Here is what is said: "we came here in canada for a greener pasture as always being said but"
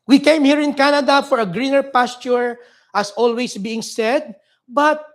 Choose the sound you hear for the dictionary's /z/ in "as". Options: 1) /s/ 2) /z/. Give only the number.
1